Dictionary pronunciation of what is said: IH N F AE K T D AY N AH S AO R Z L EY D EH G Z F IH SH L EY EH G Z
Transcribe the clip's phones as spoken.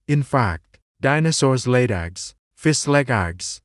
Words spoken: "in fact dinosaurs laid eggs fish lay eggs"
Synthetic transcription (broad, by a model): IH N F AE K T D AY N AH S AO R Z L EY D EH G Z F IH S L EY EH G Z